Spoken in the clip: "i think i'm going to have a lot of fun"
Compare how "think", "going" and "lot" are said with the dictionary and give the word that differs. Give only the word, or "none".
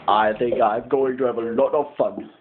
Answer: none